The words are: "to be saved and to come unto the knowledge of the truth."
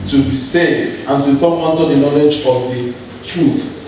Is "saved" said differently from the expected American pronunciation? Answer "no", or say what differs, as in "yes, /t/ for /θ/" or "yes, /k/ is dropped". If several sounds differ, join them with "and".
yes, /v/ is dropped